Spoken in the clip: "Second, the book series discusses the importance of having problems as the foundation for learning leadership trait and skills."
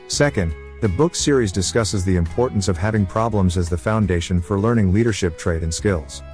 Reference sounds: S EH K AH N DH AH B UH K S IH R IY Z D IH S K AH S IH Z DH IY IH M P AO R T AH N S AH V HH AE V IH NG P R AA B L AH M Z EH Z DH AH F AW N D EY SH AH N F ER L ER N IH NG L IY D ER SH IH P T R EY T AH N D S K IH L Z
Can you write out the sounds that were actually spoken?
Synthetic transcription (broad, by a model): S EH K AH N DH AH B UH K S IH R IY Z D IH S K AH S IH Z DH IY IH M P AO R T N S AH V HH AE V IH NG P R AA B L AH M Z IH Z DH AH F AW N D EY SH AH N F ER L ER N IH NG L IY D ER SH IH P T R EY T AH N S K IH L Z